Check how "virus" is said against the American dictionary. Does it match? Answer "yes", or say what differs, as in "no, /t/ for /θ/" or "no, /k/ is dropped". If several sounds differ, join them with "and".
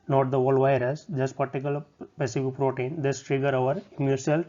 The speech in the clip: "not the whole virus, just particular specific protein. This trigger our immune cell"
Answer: yes